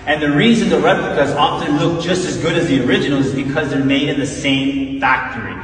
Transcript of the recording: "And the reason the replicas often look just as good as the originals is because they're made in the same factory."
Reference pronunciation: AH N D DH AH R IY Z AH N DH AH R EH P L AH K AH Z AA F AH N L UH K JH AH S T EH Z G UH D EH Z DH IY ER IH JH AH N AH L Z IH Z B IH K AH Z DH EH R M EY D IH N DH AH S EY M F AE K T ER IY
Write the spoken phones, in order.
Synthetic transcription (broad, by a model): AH N DH AH R IY Z AH N DH AH R EH P L AH K AH Z AA F AH N L UH K JH AH S T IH Z G UH D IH Z DH IY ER IH JH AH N L IH Z B IH K AH Z DH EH R M EY D IH N DH AH S EY M F AE K T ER IY